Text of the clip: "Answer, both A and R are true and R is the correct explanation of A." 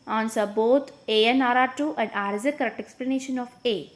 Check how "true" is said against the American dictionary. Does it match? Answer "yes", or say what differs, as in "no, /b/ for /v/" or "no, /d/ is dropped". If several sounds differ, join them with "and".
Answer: no, /ɹ/ is dropped